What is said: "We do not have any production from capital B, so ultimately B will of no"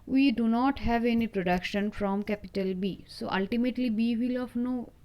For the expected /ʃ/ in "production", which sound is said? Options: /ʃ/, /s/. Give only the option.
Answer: /ʃ/